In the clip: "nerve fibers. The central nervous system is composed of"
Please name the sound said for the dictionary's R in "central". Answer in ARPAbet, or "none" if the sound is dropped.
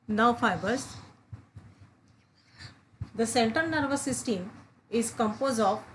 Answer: none